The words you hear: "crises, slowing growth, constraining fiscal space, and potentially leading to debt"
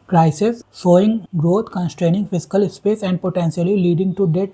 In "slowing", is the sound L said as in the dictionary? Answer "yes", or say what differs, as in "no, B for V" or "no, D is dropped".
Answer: no, L is dropped